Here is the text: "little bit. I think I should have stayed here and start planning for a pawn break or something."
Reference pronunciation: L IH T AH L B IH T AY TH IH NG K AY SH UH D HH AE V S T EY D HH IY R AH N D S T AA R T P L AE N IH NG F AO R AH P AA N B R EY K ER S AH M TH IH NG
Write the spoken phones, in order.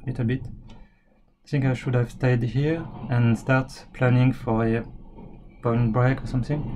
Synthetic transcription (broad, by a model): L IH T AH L B IH T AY TH IH NG K AY SH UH D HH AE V S T EY D HH IY R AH N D S T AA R T P L AE N IH NG F AO R AH B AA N B R EY K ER S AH M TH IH NG